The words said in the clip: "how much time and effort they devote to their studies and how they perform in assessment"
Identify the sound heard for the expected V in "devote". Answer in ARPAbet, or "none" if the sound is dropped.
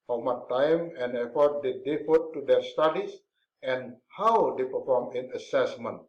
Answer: F